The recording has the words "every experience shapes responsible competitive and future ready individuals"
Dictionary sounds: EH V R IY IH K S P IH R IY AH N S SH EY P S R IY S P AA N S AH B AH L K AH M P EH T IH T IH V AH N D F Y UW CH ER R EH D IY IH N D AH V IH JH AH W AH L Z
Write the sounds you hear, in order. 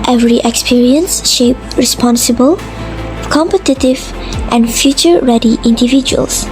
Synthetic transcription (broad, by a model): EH V R IY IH K S P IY R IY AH N S SH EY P R IY S P AA N S AH B AH L K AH M P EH T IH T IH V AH N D F Y UW CH ER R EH D IY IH N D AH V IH JH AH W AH L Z